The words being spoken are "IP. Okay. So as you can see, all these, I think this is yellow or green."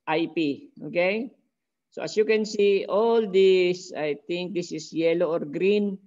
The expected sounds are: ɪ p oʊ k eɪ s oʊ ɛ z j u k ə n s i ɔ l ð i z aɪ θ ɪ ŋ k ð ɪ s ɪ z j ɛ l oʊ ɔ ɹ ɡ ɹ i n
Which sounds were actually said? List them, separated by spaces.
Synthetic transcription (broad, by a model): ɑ p oʊ k eɪ s oʊ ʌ s j u k ə n s i ɔ l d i s aɪ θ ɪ ŋ k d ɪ s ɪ s j ɛ l oʊ ɔ ɹ ɡ ɹ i n